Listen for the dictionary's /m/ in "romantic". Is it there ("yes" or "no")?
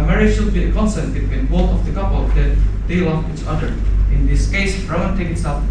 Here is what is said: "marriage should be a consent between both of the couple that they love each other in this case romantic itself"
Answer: no